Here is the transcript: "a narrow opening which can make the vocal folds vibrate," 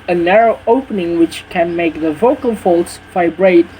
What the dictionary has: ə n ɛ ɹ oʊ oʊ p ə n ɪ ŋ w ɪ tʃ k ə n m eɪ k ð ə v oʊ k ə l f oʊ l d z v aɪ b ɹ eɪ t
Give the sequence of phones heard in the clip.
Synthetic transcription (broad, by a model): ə n ɛ ɹ oʊ oʊ p ə n ɪ ŋ w ɪ tʃ k ə n m eɪ k ð ə v oʊ k ə l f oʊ l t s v aɪ b ɹ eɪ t